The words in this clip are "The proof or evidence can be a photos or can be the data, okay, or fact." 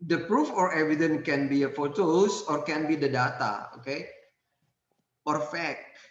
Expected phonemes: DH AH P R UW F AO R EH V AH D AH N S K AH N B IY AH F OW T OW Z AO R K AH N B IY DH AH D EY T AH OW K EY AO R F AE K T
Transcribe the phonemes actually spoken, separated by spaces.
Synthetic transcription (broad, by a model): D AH P R UW F AO R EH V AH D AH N K AH N B IY AH F OW T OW S AO R K AH N B IY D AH D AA T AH OW K EY AO R F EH K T